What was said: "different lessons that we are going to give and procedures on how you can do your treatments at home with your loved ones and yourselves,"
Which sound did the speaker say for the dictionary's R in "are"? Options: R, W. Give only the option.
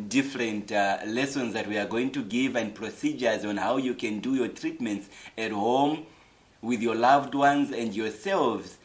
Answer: R